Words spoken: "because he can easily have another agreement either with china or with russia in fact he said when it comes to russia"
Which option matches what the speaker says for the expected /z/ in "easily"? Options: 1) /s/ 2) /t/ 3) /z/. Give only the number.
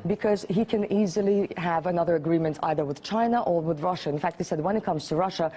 3